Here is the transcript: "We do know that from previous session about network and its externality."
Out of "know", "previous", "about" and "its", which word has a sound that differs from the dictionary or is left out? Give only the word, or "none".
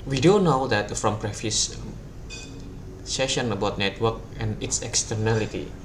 previous